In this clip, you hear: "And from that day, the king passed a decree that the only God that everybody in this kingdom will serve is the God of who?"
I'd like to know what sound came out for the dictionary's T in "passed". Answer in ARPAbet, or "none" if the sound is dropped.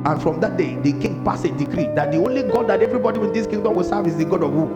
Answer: none